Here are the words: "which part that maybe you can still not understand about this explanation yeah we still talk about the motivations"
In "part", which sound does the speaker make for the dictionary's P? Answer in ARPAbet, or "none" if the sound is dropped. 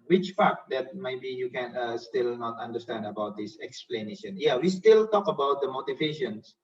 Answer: F